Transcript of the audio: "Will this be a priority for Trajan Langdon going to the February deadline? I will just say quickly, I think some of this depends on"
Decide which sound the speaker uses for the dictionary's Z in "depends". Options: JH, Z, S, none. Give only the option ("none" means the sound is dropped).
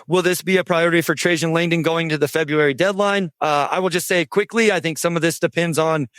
Z